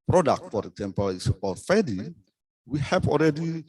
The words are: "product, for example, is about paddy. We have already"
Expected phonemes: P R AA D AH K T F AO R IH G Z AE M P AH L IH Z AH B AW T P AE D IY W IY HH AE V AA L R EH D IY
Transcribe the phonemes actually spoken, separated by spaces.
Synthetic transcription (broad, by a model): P R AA D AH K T F AO R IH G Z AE M P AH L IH S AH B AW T F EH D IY W IY HH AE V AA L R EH D IY